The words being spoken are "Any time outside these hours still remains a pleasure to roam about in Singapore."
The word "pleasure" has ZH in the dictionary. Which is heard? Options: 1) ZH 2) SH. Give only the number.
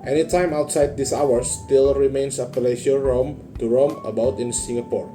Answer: 2